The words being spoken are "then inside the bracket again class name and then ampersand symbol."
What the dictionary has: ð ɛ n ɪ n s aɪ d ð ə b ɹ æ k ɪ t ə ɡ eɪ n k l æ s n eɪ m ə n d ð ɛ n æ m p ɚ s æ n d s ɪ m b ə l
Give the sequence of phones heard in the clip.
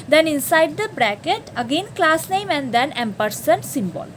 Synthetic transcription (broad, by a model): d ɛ n ɪ n s aɪ d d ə b ɹ æ k ɪ t ə ɡ eɪ n k l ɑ s n eɪ m ə n d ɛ n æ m p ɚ s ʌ n s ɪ m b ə l